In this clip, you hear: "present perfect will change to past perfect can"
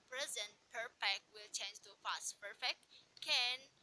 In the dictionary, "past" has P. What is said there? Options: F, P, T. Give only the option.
F